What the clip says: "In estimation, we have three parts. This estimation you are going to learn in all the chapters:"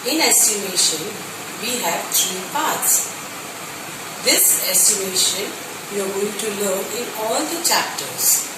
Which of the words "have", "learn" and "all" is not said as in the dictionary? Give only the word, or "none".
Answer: learn